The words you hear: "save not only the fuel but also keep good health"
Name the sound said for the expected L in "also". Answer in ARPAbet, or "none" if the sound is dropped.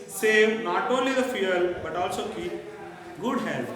L